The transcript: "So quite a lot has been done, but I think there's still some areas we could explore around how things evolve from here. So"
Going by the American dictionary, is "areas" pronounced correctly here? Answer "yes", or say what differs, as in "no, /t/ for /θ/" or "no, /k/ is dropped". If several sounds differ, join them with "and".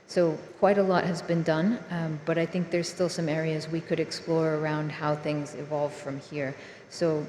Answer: yes